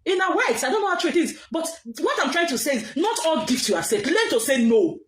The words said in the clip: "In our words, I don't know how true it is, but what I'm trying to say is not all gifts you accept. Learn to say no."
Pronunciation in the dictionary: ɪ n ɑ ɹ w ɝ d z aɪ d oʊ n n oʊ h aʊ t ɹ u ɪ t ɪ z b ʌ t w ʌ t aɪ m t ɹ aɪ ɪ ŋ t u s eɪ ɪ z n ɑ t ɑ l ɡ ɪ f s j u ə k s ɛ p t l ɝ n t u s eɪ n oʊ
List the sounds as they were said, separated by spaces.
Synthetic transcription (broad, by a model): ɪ n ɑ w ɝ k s aɪ d oʊ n n oʊ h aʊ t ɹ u ɪ t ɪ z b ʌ t w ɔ t aɪ m t ɹ aɪ ɪ ŋ t u s eɪ ɪ z n ɑ t ɑ l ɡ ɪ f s j u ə s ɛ t l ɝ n t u s eɪ n oʊ